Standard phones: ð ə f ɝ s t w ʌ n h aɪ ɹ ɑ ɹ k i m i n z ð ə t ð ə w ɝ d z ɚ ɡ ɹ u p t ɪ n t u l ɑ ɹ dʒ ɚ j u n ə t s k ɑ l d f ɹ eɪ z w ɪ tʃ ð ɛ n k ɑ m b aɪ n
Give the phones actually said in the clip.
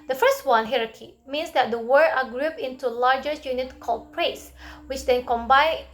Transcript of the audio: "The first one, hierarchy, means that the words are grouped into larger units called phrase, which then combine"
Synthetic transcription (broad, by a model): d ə f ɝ s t w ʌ n h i ɹ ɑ k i m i n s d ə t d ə w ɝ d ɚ ɡ ɹ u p ɪ n t u l ɑ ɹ dʒ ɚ j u n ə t k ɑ l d p ɹ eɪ s w ɪ tʃ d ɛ n k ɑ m b aɪ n